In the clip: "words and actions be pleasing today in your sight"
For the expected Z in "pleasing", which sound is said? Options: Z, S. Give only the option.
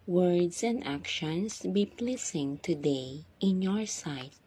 S